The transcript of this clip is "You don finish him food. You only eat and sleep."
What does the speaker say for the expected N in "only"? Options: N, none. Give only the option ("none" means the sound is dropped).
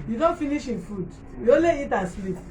none